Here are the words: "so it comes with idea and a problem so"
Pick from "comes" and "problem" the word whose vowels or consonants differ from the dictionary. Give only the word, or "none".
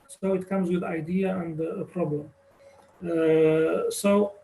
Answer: none